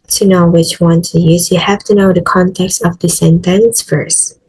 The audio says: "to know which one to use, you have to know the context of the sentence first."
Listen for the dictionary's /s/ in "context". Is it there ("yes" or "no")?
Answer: yes